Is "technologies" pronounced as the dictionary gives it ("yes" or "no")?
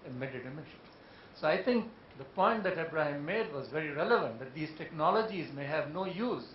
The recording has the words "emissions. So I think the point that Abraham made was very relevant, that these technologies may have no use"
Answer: yes